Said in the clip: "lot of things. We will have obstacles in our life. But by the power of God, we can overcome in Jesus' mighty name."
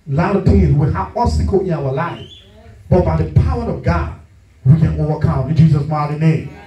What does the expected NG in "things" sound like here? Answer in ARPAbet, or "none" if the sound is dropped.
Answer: none